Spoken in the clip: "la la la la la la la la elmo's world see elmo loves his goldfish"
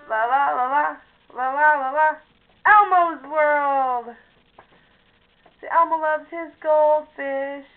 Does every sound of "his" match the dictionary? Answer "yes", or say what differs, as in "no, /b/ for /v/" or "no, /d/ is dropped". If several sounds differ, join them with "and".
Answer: yes